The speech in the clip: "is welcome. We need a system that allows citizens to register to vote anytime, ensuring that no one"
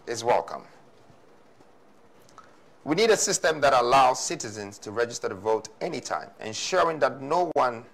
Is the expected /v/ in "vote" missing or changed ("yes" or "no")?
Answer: no